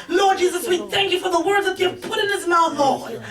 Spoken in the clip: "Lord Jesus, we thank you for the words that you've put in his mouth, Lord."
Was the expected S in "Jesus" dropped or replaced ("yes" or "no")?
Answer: no